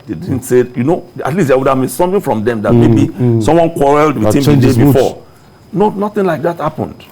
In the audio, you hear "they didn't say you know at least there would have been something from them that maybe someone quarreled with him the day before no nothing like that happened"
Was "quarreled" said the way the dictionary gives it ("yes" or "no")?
yes